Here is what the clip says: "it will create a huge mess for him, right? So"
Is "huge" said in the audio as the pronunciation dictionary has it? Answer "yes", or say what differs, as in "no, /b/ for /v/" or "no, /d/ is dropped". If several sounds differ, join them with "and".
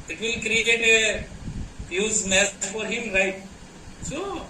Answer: no, /z/ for /dʒ/